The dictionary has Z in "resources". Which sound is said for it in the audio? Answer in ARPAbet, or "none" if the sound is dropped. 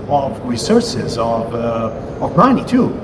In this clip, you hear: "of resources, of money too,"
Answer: Z